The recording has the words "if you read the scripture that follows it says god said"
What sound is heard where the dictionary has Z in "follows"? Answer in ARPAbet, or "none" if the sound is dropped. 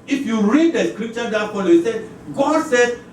none